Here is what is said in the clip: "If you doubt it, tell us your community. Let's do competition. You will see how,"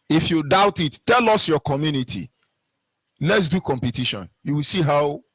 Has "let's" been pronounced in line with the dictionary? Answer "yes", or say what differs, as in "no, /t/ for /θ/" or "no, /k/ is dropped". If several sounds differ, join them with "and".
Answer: yes